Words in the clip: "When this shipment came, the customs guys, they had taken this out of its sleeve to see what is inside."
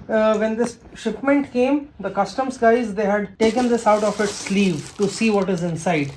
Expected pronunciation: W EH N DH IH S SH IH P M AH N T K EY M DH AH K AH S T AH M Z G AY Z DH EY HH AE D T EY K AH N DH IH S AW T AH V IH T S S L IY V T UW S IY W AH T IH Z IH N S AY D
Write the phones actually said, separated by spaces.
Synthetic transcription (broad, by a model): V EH N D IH S SH IH P M AH N T K EY M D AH K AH S T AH M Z G AY Z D EY HH AE D T EY K AH N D IH S AW T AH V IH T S S L IY V T UW S IY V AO T IH Z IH N S AY D